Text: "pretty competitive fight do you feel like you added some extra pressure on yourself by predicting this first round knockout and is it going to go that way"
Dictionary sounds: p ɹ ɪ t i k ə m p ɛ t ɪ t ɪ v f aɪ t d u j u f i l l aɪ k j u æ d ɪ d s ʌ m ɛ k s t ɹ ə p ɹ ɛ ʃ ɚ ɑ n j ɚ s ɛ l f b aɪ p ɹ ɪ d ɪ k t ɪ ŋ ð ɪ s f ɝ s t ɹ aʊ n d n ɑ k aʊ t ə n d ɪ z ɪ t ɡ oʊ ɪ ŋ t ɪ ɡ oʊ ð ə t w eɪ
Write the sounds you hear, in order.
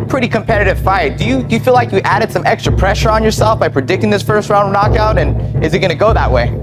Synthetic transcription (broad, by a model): p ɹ ɪ t i k ə m p ɛ t ɪ t ɪ v f aɪ t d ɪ j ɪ f i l l aɪ k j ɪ æ d ɪ d s ʌ m ɛ k s t ɹ ə p ɹ ɛ ʃ ɚ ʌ n j ɚ s ɛ l f b aɪ p ɹ ɪ d ɪ k t ɪ ŋ ð ɪ s f ɝ s t ɹ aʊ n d n ɑ k aʊ t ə n ɪ z ɪ t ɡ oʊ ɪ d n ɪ ɡ oʊ ð ə t w eɪ